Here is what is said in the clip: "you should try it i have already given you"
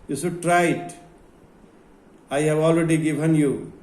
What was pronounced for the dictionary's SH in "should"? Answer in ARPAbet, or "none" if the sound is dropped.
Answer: S